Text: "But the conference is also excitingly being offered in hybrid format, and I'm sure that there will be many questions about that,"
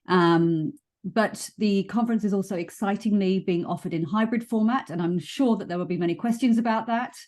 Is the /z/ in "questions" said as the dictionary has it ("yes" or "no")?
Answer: yes